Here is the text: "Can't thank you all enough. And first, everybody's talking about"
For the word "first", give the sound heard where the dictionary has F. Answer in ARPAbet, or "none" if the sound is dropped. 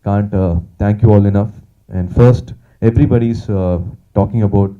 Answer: F